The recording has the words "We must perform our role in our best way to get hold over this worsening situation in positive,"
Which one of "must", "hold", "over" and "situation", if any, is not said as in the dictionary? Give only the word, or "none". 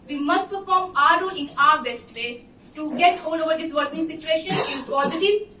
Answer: hold